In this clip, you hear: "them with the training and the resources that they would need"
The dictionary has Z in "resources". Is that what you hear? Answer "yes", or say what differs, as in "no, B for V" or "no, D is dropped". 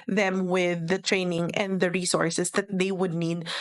no, S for Z